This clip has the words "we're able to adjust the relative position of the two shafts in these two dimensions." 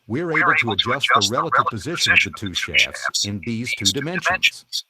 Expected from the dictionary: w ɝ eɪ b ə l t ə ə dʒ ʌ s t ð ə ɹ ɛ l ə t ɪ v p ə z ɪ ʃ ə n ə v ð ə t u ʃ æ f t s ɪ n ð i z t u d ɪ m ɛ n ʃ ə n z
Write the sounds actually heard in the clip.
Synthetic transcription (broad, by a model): w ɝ eɪ b l t ə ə dʒ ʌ s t ð ə ɹ ɛ l ə t ɪ v p ə z ɪ ʃ ə n ə v ð ə t u ʃ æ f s ɪ n ð i z t u d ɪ m ɛ n ʃ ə n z